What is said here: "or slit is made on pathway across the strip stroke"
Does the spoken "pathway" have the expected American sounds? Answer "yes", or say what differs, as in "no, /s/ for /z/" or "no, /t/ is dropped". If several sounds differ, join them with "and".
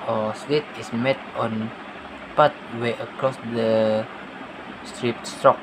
no, /t/ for /θ/